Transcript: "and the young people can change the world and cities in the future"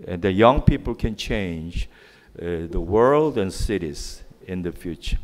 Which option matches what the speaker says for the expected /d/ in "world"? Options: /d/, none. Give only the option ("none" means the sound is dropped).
/d/